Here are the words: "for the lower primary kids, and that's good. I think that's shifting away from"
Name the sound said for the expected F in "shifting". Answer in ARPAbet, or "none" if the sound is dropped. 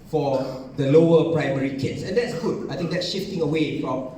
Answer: F